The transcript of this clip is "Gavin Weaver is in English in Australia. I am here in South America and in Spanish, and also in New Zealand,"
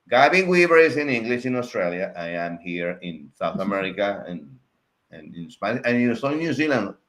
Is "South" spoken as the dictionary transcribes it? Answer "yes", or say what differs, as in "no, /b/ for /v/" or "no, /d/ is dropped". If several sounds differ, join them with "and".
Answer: yes